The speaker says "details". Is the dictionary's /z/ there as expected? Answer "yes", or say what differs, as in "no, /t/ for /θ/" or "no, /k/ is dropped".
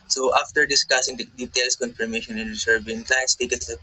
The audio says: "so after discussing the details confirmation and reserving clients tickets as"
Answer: no, /s/ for /z/